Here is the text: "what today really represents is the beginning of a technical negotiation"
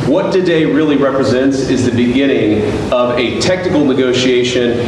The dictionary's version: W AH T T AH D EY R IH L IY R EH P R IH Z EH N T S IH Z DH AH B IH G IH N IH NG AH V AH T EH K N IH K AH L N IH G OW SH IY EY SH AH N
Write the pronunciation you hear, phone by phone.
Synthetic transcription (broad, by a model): W AH T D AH D EY R IH L IY R EH P R IH Z EH N T S IH Z DH AH B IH G IH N IH NG AH V AH T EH K N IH K L N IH G OW SH IY EY SH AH N